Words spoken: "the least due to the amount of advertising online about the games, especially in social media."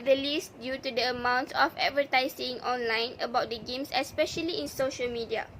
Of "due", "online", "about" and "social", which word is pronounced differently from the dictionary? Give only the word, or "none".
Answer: none